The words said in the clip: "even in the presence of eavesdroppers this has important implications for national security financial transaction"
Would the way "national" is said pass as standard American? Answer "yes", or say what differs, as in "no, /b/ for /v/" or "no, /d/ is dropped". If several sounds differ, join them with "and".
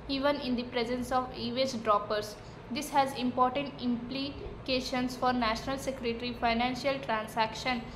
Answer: yes